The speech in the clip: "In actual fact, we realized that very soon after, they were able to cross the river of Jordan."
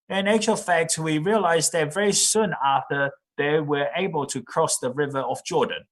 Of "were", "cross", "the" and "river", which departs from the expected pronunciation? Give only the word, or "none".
none